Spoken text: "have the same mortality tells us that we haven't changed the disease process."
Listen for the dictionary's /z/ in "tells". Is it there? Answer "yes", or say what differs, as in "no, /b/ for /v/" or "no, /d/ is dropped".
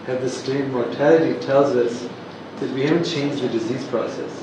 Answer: yes